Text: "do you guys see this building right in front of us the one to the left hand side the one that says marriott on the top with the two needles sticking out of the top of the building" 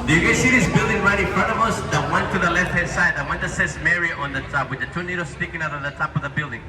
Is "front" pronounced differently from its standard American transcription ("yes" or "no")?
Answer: no